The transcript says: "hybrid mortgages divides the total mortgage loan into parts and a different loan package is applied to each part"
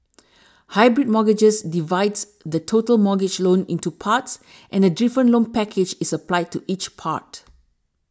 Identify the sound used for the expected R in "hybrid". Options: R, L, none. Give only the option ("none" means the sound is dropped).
R